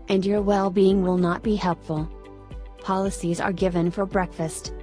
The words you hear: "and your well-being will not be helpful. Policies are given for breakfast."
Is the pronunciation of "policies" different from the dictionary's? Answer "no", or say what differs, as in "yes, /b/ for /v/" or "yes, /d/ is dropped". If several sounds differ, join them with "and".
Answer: no